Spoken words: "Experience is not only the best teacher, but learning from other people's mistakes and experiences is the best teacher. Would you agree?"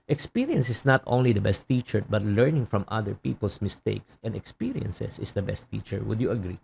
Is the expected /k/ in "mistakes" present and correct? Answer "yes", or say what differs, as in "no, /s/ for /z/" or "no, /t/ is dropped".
yes